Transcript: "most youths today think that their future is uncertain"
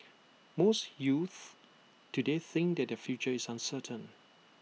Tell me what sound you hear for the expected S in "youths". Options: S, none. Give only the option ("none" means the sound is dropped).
none